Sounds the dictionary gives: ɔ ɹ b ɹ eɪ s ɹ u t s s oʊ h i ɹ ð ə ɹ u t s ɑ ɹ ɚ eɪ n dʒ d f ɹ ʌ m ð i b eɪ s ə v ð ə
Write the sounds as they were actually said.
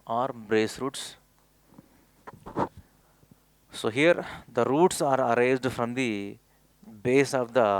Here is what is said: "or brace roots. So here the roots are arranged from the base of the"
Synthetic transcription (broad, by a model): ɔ ɹ b ɹ eɪ s ɹ u t s s oʊ h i ɹ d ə ɹ u t s ɑ ɹ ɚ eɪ dʒ d f ɹ ʌ m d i b eɪ s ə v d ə